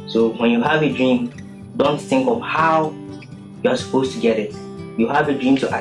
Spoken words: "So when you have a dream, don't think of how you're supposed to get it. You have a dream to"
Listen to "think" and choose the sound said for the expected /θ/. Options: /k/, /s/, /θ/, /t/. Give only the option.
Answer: /θ/